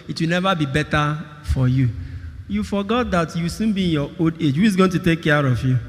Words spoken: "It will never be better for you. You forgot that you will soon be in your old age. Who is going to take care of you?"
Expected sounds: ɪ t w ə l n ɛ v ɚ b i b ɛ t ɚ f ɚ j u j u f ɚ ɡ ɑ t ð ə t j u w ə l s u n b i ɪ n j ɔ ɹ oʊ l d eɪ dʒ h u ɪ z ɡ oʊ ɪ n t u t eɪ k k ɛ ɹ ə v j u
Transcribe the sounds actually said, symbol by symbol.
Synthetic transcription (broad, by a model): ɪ t w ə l n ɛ v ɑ b i b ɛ t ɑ f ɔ j u j u f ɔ ɡ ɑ t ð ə t j u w s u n b i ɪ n j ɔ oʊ d eɪ dʒ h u ɪ z ɡ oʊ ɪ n t u t eɪ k k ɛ ɹ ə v j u